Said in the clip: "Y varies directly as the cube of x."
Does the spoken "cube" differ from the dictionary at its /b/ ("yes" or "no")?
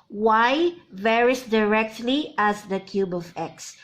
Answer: no